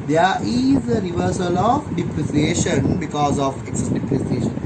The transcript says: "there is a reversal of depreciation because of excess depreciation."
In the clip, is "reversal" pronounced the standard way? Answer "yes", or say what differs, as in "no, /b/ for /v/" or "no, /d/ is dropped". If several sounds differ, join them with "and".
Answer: yes